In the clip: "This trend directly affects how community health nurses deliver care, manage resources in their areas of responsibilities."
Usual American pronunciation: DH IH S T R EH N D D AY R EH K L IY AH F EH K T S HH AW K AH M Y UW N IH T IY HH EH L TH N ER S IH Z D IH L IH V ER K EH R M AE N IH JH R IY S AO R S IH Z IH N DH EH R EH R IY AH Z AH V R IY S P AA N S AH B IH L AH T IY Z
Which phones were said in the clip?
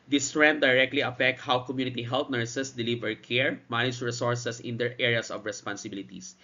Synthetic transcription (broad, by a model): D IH S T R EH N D D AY R EH K L IY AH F EH K T HH AW K AH M Y UW N IH T IY HH EH L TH N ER S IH S D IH L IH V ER K EH R M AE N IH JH R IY S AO R S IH S IH N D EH R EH R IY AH S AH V R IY S P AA N S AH B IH L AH T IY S